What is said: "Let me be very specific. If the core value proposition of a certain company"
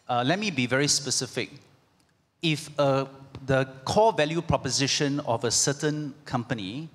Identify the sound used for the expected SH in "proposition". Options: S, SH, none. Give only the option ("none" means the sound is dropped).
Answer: SH